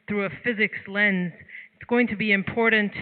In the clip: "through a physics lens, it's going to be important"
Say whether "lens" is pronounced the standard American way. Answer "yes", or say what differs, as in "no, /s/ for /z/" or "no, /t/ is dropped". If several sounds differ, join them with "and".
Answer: yes